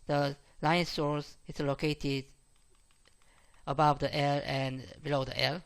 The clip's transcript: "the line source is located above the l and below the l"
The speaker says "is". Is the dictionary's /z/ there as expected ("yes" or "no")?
no